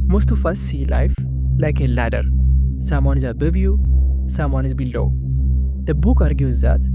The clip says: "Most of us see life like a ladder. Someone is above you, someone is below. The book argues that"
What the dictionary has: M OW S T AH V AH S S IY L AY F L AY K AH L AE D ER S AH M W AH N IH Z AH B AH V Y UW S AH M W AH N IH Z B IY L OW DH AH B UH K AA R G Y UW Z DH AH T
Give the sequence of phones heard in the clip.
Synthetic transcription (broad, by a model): M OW S T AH F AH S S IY L AY F L AY K AH L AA D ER S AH M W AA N IH Z AH B AH V Y UW S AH M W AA N IH Z B IY L OW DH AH B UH K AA R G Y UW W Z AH T